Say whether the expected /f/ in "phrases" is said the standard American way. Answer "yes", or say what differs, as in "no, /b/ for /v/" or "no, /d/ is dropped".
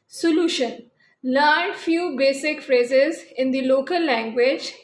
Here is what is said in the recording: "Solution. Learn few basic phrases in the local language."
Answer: yes